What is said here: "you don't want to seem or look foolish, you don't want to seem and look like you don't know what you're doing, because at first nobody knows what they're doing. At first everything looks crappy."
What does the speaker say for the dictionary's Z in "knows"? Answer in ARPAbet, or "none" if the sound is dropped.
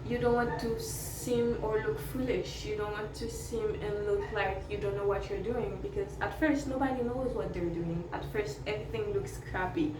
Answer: Z